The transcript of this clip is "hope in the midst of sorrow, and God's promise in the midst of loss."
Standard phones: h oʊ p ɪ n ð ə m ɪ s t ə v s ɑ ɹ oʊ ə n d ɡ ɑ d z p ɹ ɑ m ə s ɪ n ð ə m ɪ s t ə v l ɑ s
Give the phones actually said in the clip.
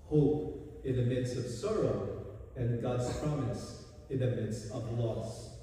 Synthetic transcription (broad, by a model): h oʊ p ɪ n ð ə m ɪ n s ə v s ɑ ɹ oʊ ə n ɡ ɑ d z p ɹ ɑ m ə s ɪ n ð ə m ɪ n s ə v l ɑ s